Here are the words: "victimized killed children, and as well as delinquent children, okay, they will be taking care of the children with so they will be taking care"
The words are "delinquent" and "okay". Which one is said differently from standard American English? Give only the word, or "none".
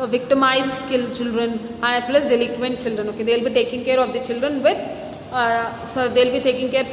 delinquent